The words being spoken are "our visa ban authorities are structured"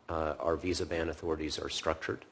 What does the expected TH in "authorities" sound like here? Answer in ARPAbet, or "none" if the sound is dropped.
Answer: TH